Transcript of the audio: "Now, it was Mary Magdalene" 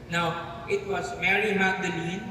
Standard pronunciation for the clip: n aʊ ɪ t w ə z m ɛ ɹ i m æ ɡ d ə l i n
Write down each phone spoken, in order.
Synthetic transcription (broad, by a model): n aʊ ɪ t w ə s m ɛ ɹ i m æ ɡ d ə l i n